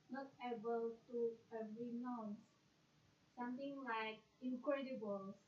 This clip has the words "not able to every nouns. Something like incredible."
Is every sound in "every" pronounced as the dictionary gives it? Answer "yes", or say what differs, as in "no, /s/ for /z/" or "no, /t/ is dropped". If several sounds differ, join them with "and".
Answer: no, /v/ is dropped